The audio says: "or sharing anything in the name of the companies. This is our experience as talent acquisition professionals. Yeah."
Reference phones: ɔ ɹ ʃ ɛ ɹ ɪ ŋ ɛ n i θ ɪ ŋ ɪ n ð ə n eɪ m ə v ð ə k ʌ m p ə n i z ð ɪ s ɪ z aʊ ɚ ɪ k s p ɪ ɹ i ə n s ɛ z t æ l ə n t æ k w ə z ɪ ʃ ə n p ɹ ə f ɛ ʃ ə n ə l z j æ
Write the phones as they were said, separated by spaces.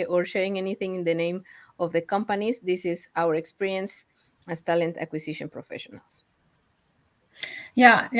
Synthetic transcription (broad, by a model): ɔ ɹ ʃ ɛ ɹ ɪ ŋ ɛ n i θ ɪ ŋ ɪ n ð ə n eɪ m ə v ð ə k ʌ m p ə n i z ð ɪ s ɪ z aʊ ɚ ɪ k s p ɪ ɹ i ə n s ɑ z t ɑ l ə n t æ k w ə s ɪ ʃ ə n p ɹ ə f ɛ ʃ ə n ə l s j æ